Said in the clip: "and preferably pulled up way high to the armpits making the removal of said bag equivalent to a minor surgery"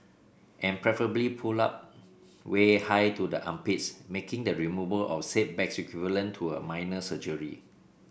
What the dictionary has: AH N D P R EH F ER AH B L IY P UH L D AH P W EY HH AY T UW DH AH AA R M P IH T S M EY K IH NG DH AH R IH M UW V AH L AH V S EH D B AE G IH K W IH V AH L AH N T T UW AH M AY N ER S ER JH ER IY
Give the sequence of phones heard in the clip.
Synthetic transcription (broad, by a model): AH N P R EH F ER AH B L IY P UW L AA P W EY HH AY T UW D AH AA M P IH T S M EY K IH NG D AH R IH M UW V AH L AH F S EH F B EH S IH K W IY V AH L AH N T T UW AH M AY N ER S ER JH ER IY